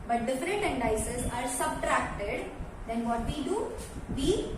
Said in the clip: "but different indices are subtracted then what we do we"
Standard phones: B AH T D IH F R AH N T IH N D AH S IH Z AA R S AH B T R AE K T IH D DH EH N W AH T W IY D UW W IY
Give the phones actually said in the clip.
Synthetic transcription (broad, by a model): B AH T D IH F R AH N T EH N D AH S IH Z AA R S AH B T R AE K T IH D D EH N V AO T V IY D UW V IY